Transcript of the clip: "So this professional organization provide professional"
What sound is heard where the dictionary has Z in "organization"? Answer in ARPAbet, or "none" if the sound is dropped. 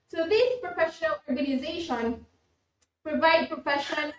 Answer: Z